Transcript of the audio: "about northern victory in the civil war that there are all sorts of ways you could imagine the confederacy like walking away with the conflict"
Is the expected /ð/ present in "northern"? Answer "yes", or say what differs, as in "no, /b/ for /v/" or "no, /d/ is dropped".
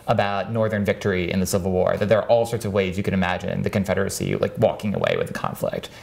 yes